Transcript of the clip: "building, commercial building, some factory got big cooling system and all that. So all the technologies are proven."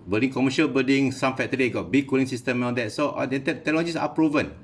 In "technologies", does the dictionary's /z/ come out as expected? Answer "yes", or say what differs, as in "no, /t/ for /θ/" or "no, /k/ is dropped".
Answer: no, /s/ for /z/